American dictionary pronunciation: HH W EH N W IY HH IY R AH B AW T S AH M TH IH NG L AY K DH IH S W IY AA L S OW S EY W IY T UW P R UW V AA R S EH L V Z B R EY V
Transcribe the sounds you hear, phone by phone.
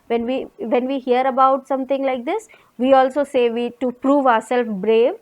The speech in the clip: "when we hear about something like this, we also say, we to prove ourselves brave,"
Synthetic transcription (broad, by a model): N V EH N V IY HH IY R AH B AW T S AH M T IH NG L AY K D IH S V IY AA L S OW S EY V IY T UW P R UW V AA R S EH L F B R EY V